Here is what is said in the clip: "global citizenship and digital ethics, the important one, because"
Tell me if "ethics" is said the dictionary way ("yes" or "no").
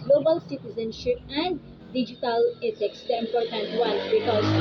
no